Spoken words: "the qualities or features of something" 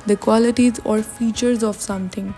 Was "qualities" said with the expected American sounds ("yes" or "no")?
yes